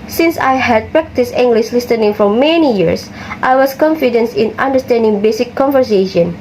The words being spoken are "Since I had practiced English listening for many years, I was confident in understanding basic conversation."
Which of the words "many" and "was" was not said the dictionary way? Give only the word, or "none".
was